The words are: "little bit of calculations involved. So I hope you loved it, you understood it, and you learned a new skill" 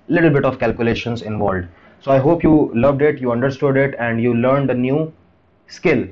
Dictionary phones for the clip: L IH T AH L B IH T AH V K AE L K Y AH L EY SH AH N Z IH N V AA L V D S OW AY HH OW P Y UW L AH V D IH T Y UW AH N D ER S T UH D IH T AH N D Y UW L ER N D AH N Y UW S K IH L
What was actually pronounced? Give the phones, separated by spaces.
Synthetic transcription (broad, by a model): L IH T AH L B IH T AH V K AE L K Y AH L EY SH AH N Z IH N V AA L D S OW AY HH OW P Y UW L AH V D IH T Y UW AH N D ER S T UH D IH T AH N D Y UW L ER N D AH N Y UW S K IH L